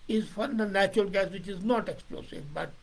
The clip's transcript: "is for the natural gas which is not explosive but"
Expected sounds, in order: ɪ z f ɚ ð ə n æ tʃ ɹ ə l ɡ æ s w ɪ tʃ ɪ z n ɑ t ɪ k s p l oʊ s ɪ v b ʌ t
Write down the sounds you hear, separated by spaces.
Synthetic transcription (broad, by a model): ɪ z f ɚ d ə n æ tʃ ɹ ə l ɡ æ s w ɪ tʃ ɪ z n ɑ t ɪ k s p l oʊ s ɪ v b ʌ t